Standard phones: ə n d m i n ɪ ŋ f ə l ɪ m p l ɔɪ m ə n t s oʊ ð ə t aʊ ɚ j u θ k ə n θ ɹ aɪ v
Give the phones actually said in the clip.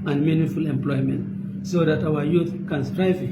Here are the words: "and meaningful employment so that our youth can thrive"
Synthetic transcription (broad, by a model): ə n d m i n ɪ f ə l ɪ m p l ɔɪ m ə n t s oʊ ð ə t aʊ ɚ j u θ k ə n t ɹ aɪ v